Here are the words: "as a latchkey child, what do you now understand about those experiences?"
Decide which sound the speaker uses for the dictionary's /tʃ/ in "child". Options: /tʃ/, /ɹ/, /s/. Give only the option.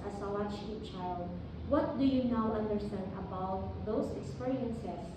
/tʃ/